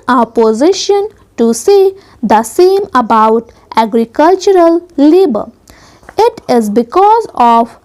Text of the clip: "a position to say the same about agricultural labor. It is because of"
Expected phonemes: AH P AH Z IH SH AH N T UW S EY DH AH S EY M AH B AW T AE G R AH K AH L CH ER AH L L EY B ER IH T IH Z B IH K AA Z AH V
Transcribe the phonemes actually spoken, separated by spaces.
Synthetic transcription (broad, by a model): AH P AH Z IH SH AH N T UW S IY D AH S EY M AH B AW T AE G R AH K AH L CH ER AH L L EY B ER IH T IH Z B IH K AA Z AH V